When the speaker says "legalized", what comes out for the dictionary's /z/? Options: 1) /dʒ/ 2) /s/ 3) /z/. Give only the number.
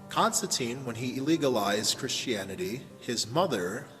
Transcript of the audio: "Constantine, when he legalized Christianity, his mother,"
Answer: 3